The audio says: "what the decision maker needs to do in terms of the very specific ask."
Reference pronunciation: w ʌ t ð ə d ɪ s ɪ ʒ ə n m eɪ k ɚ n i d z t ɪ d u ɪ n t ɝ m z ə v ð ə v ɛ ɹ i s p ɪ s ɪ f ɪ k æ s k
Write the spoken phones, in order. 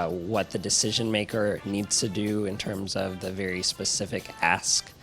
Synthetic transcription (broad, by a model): w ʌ t ð ə d ɪ s ɪ ʒ ə n m eɪ k ɚ n i d z t ɪ d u ɪ n t ɝ m z ə v ð ə v ɛ ɹ i s p ɪ s ɪ f ɪ k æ s k